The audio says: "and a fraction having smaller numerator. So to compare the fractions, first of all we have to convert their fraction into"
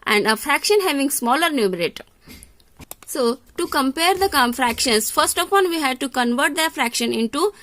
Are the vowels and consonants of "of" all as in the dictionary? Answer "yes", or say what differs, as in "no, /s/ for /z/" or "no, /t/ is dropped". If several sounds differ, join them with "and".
no, /p/ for /v/